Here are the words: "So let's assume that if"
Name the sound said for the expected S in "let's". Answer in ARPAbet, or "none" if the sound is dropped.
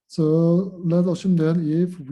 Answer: none